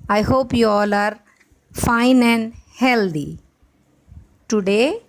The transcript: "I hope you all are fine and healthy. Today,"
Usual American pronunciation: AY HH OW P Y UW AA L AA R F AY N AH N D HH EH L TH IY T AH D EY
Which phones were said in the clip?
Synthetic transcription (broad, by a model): AY HH OW P Y UW AA L AA R F AY N AH N D HH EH L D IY T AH D EY